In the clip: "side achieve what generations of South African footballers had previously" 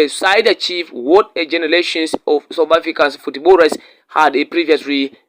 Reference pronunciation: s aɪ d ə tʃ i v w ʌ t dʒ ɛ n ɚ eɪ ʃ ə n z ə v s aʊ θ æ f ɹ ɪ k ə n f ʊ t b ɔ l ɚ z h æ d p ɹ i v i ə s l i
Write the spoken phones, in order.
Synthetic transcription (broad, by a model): s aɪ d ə tʃ i f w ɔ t dʒ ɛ n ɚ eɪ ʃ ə n s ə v s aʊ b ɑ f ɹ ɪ k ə n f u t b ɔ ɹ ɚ s h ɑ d p ɹ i v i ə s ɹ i